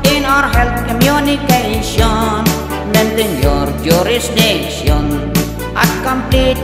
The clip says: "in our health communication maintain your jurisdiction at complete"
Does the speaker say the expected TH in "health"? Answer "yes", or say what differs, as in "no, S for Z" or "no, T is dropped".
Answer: no, T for TH